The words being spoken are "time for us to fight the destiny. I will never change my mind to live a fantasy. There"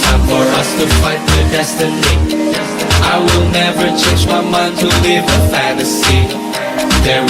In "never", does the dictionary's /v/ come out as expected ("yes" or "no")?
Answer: yes